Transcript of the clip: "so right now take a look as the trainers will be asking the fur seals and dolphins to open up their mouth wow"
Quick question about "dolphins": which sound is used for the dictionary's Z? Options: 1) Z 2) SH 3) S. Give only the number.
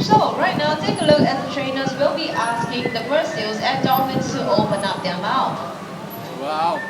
3